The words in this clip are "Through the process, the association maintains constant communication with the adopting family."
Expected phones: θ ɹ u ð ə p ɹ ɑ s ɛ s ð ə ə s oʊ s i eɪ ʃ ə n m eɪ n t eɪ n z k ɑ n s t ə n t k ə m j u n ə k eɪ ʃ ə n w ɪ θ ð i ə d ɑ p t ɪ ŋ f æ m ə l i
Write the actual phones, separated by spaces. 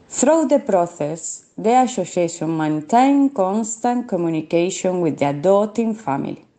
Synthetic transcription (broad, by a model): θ ɹ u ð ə p ɹ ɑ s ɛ s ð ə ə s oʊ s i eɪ s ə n m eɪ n t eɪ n k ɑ n s t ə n k ə m j u n ə k eɪ ʃ ə n w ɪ ð i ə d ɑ t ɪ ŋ f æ m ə l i